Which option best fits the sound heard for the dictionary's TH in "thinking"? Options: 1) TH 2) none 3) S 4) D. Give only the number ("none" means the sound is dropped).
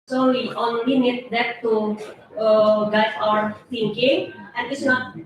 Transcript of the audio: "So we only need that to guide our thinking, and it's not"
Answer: 3